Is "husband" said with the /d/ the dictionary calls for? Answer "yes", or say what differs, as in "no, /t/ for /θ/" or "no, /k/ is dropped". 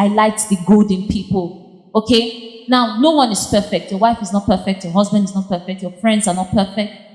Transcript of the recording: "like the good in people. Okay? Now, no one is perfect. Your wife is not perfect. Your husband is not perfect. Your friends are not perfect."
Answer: yes